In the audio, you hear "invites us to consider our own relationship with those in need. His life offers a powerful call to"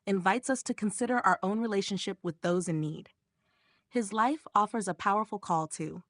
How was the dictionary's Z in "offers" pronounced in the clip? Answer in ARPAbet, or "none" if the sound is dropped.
Z